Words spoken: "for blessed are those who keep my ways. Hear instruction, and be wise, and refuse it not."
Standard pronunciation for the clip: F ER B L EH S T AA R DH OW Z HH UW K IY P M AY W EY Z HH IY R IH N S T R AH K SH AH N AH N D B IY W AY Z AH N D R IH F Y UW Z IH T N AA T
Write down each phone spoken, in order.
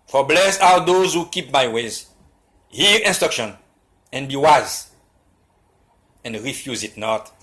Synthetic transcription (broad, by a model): F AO B L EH S AA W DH OW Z HH UW K IY P M AY W EY Z HH IY R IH N S T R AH K SH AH N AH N B IY W AY Z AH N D R IH F Y UW Z IH T N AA T